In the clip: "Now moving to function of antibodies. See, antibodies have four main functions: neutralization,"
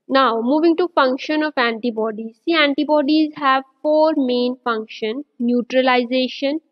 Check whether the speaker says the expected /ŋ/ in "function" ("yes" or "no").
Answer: yes